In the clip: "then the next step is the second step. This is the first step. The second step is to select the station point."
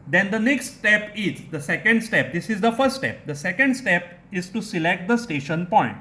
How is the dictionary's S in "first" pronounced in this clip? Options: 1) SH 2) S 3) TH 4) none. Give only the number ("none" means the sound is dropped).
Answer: 4